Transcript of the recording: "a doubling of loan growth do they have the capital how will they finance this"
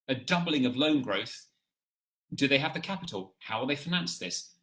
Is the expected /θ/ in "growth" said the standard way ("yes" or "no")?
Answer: yes